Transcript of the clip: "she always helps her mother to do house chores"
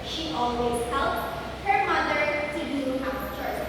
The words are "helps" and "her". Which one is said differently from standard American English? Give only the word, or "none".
helps